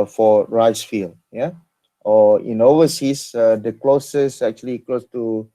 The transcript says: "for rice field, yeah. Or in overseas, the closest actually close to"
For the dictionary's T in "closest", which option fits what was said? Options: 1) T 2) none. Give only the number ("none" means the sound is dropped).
2